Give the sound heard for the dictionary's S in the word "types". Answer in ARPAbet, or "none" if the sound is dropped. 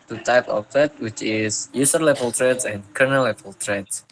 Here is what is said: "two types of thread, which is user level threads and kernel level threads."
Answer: none